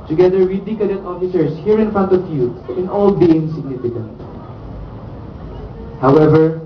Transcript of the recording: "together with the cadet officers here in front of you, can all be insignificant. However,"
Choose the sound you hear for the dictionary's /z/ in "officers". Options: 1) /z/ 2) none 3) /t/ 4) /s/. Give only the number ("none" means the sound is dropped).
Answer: 4